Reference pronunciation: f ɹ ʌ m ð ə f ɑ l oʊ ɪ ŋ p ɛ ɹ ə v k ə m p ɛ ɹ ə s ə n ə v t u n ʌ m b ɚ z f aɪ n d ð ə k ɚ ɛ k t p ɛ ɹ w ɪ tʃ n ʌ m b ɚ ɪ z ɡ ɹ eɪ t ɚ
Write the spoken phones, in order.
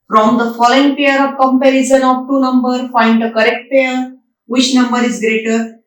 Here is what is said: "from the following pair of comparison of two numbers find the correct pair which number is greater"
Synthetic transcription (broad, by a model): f ɹ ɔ m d ə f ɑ l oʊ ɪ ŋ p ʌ ɹ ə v k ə m p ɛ ɹ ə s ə n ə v t u n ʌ m b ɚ f aɪ n d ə k ɚ ɛ k t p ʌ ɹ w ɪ tʃ n ʌ m b ɚ ɪ z ɡ ɹ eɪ t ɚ